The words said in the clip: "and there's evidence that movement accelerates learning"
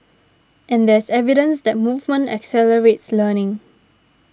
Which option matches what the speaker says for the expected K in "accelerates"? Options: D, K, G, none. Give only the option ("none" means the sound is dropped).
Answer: K